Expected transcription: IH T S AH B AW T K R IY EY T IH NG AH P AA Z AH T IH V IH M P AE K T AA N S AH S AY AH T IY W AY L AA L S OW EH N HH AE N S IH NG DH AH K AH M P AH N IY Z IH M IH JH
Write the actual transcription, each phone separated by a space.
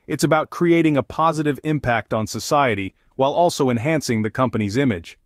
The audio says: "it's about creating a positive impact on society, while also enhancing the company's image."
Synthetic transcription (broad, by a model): IH T S AH B AW T K R IY EY T IH NG AH P AA Z AH T IH V IH M P AE K T N S AH S AY AH T IY W AY L AA L S OW EH N HH AE N S IH NG DH AH K AH M P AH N IY Z IH M IH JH